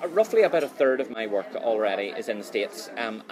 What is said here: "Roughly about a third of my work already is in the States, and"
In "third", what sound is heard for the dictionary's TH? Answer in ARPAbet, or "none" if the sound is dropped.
TH